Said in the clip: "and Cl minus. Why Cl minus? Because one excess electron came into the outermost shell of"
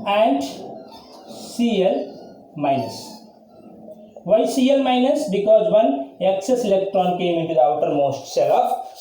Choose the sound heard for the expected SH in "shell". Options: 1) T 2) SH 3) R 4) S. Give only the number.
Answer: 4